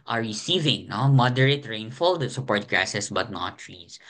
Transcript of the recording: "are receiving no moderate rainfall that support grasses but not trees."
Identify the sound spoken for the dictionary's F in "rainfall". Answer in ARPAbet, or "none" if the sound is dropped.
F